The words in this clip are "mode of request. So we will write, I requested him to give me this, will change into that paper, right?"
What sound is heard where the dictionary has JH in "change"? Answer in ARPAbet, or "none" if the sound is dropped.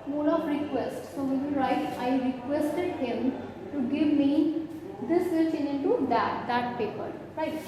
none